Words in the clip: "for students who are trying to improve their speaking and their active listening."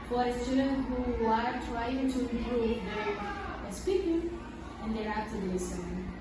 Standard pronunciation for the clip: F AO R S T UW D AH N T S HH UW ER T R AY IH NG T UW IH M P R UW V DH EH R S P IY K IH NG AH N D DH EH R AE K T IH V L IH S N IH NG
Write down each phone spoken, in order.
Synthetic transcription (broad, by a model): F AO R S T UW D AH N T HH UW ER T R AY IH NG T UW IH M P R UW V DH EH S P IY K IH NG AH N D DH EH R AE T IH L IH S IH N